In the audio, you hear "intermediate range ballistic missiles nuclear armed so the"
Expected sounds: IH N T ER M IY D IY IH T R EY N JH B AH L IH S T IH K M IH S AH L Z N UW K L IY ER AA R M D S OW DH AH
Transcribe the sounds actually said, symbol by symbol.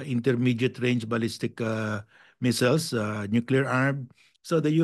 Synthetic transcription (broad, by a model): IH N T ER M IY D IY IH T R EY N JH B AH L IH S T IH K M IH S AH L S N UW K L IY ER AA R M S OW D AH